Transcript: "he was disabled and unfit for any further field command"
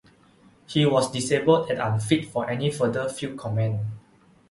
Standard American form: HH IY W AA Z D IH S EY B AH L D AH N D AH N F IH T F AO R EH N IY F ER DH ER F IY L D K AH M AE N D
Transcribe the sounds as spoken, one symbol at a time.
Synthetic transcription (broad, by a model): HH IY W AA S D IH S EY B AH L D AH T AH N F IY T F AO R EH N IY F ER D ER F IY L K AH M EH N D